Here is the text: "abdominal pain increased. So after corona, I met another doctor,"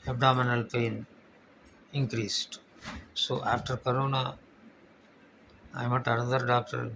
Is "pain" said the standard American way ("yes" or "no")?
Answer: yes